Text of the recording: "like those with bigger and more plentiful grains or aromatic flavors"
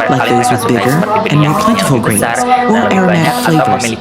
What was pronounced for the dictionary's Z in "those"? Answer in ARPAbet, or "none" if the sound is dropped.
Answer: Z